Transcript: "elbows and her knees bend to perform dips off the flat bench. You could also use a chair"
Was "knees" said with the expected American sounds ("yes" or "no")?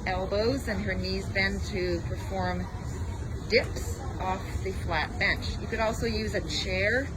yes